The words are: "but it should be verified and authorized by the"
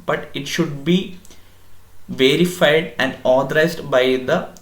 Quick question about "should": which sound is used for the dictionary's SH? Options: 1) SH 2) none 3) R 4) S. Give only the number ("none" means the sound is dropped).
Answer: 1